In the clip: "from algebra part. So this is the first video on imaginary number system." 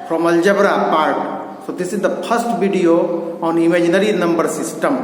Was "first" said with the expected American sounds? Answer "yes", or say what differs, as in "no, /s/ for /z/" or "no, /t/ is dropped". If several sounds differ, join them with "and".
no, /p/ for /f/